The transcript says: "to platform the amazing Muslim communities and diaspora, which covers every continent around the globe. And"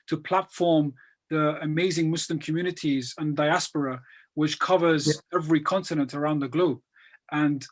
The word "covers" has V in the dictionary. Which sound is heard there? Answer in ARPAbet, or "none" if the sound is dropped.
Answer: V